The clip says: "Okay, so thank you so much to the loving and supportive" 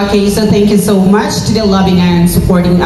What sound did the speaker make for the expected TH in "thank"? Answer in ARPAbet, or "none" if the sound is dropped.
TH